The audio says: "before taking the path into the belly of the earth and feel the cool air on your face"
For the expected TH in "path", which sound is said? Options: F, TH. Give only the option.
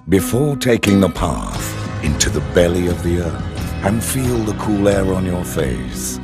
TH